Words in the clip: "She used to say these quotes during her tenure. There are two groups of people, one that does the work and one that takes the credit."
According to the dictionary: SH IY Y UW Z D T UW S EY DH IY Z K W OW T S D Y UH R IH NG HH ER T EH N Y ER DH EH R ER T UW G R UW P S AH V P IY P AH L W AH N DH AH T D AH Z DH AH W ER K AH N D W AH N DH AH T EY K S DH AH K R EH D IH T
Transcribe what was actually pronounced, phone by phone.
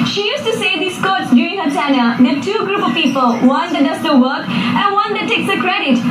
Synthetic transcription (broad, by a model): SH IY Y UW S T UW S EY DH IY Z K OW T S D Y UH R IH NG HH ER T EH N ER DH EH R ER T UW G R UW P AH V P IY P AH L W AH N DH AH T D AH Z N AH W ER K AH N W AH N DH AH T EY K S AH K R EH D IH T